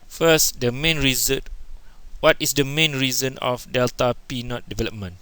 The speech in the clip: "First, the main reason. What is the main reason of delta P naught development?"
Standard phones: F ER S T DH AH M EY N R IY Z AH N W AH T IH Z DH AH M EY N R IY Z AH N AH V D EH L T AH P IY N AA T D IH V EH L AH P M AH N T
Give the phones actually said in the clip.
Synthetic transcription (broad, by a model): F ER S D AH M EY N R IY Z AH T W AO T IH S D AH M EY N R IY Z AH N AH F D EH L T AH P IY N AA T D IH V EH L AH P M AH N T